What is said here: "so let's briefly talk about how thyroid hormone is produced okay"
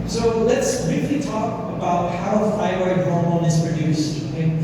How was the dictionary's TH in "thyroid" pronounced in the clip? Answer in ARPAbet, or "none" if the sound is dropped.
F